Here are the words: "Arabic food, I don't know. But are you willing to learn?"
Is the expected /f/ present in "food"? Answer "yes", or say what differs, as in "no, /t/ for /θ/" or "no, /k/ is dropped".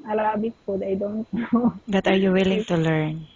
no, /p/ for /f/